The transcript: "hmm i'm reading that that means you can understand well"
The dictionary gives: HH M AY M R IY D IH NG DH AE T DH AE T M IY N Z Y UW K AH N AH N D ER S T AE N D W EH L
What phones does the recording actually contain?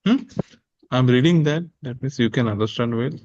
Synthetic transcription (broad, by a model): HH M AY M R IY D IH NG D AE T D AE T M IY N S Y UW K AH N AH N D ER S T AE N D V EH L